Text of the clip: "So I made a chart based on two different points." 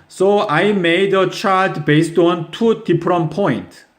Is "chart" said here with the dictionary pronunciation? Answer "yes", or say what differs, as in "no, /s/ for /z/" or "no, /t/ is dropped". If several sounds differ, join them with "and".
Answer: no, /l/ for /ɹ/